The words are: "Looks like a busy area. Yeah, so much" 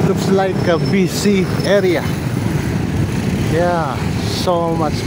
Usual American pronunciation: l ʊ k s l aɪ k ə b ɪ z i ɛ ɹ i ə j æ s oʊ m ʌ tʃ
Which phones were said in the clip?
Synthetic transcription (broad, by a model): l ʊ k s l aɪ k ə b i s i ɛ ɹ i ə j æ s oʊ m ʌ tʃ